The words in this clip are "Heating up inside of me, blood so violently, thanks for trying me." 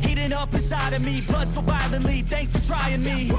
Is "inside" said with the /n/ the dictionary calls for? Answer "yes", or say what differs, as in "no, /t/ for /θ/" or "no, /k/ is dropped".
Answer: no, /n/ is dropped